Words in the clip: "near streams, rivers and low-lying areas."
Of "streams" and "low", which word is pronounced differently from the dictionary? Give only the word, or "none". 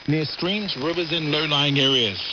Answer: none